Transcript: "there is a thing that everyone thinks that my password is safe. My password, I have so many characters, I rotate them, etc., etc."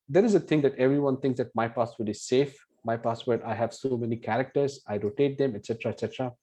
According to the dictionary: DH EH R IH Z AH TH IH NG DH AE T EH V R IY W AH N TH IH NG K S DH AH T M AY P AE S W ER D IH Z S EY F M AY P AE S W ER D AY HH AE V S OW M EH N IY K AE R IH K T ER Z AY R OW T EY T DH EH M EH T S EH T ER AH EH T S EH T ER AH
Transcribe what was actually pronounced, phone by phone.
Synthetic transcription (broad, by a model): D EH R IH Z AH T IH NG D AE T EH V R IY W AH N T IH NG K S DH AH T M AY P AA S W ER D IH Z S EY F M AY P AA S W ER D AY HH AE V S OW M EH N IY K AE R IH K T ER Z AY R OW T EY T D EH M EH T S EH T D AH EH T S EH T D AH